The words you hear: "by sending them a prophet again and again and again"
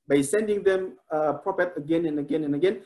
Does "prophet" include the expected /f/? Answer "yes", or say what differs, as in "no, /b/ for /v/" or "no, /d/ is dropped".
no, /p/ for /f/